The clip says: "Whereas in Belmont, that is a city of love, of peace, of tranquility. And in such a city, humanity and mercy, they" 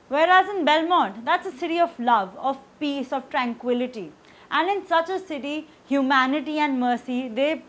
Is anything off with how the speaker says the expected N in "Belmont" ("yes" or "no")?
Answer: yes